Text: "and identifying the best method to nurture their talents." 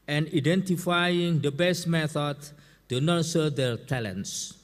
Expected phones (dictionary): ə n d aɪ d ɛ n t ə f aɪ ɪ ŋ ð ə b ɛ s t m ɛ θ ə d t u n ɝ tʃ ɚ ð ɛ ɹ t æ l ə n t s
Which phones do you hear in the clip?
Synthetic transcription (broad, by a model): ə n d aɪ d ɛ n t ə f aɪ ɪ ŋ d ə b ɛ s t m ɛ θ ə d t u n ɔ s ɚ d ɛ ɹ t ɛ l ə n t s